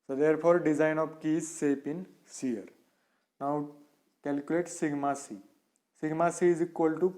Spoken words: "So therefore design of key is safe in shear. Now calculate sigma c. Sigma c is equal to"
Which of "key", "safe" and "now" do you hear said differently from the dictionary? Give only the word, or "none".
safe